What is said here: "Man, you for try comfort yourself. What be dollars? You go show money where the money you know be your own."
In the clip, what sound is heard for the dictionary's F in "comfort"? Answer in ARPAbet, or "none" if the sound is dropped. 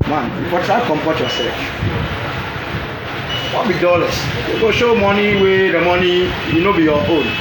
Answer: P